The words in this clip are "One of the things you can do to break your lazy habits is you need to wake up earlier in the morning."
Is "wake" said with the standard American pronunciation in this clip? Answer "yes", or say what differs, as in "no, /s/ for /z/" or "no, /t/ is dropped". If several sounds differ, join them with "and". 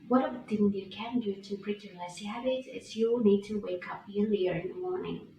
yes